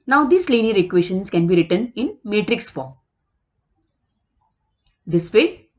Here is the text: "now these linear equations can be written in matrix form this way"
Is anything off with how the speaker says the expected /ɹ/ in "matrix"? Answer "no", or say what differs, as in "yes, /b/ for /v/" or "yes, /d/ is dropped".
no